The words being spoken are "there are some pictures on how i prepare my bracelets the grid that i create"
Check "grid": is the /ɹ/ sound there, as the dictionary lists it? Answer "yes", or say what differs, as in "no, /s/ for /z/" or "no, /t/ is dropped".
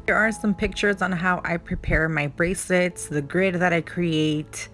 yes